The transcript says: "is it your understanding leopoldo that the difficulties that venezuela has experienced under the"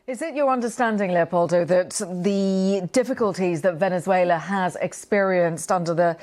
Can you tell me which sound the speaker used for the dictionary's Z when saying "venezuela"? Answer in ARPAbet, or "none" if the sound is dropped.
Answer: Z